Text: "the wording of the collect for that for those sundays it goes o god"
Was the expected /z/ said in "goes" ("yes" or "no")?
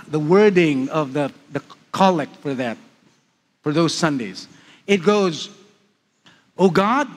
yes